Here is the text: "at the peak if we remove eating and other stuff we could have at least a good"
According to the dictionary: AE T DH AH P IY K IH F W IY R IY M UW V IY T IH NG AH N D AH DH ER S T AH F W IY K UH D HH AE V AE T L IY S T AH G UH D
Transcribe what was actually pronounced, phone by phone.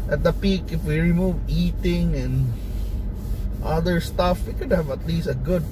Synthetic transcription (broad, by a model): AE T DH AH P IY K IH F W IY R IY M UW V IY T IH NG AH N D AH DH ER S T AH F W IY K UH D HH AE V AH T L IY S T AH G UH D